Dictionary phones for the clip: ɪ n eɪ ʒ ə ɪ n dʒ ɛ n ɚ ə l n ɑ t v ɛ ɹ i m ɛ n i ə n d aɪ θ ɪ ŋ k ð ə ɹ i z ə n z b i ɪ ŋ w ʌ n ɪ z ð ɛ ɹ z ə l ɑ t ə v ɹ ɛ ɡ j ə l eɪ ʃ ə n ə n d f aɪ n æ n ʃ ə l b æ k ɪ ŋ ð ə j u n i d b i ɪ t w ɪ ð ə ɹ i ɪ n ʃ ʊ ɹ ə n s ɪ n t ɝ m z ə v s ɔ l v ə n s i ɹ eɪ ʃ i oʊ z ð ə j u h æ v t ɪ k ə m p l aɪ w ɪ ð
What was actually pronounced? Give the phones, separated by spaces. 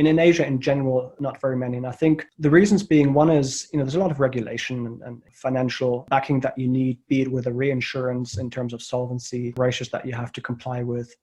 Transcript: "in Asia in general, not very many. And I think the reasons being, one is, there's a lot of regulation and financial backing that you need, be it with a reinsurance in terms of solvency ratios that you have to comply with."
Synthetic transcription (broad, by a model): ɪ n eɪ ʒ ə ɪ n dʒ ɛ n ɚ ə l n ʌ t v ɛ ɹ i m ɛ n i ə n aɪ θ ɪ ŋ k ð ə ɹ i z ə n z b i ɪ ŋ w ʌ n ɪ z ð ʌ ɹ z ə l ɑ t ə v ɹ ɛ ɡ j ə l eɪ ʃ ə n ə n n f aɪ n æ n ʃ l b æ k ɪ ŋ ð ə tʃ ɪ n i d b i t w ɪ ð ə ɹ i ɪ n ʃ ʊ ɹ ə n s ɪ n t ɝ m z ə v s ɔ l v ə n s i ɹ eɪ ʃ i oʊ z ð ə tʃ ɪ h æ f t ɪ k ə m p l aɪ w ɪ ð